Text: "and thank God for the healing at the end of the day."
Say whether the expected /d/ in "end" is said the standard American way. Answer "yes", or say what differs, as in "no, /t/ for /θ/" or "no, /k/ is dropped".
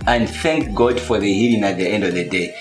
yes